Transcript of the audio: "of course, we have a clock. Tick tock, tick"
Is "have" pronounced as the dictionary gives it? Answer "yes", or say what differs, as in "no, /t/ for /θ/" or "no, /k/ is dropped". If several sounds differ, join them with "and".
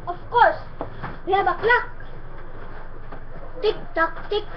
no, /b/ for /v/